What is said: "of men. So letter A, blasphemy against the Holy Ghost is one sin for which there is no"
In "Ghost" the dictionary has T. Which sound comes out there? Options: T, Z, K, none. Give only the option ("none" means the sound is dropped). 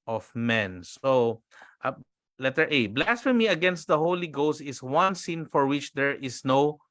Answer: T